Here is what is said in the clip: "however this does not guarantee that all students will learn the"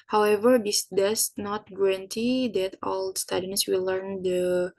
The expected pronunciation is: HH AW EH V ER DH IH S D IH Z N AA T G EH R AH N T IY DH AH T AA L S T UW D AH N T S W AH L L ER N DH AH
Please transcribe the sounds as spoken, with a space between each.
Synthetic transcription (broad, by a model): HH AW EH V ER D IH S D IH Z N AA T G EH R AH N T IY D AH T AA L S T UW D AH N S W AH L L ER N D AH